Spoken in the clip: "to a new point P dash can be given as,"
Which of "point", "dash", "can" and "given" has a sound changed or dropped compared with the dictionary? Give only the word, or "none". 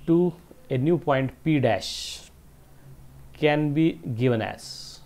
none